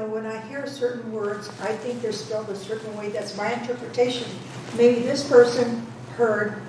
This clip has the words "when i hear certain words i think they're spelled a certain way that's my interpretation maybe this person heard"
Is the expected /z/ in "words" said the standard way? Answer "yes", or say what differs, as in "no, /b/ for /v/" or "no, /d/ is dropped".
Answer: yes